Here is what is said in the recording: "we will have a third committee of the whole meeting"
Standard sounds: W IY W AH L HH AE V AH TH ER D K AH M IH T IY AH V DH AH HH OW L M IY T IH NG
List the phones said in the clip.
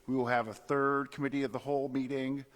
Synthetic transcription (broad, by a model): W IY W AH L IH V AH TH ER D K AH M IH T IY AH V DH AH HH OW L M IY T IH NG